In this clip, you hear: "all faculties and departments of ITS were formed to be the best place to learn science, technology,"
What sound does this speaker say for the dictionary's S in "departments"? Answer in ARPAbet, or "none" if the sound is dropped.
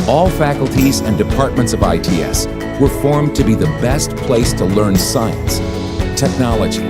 S